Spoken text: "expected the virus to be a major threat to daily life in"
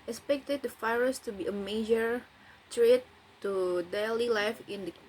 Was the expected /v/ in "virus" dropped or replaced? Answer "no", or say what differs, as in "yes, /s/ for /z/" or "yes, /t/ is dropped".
yes, /f/ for /v/